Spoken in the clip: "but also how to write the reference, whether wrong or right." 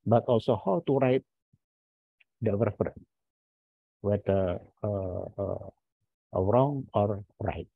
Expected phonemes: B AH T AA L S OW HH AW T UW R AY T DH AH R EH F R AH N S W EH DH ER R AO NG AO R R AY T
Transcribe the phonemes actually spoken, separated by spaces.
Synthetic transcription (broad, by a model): B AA T AA L S OW HH AW T UW R AY T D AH W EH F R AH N W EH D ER R AO NG AO R R AY T